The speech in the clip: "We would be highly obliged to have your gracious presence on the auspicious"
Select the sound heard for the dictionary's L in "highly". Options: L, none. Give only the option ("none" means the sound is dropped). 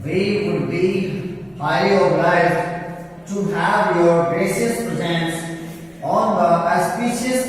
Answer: none